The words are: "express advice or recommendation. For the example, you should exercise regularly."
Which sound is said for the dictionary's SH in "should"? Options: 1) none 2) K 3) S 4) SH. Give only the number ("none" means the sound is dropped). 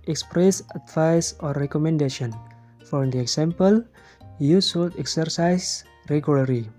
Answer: 3